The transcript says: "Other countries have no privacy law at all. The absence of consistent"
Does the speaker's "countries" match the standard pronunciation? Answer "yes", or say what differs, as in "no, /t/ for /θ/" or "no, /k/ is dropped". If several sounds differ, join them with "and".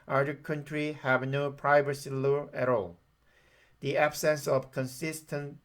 no, /z/ is dropped